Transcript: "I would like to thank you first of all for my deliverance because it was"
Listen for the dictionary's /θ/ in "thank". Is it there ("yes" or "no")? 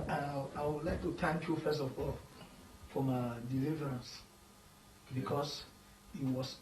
no